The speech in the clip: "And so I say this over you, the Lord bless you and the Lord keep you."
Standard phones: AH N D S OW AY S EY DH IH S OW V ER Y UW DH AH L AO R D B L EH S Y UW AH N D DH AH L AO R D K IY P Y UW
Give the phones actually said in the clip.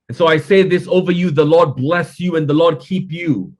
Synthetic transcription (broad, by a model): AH N S OW AY S EY DH IH S OW V ER Y UW DH AH L AO R D B L EH S Y UW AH N DH AH L AO R D K IY P Y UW